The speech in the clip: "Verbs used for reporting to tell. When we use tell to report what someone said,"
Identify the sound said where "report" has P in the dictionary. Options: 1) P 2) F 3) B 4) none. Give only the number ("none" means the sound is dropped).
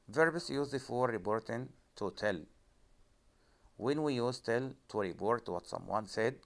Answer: 3